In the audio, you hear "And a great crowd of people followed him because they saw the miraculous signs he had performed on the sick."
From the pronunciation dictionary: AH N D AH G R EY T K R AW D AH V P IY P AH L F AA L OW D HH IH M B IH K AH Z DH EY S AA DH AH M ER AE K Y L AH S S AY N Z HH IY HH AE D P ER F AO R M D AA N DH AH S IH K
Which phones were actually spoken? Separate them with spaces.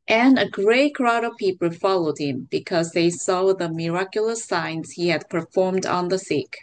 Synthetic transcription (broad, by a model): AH N AH G R EY T K R AW D AH V P IY P AH L F AA L OW D HH IH M B IH K AH Z DH EY S AA DH AH M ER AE K Y L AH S S AY N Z HH IY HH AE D P ER F AO R M D N DH AH S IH K